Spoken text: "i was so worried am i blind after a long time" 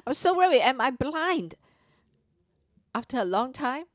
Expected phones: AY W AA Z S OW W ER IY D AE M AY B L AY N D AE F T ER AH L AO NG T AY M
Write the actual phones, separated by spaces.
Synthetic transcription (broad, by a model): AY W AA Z S OW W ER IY AE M AY B L AY N D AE F T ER AH L AO NG T AY M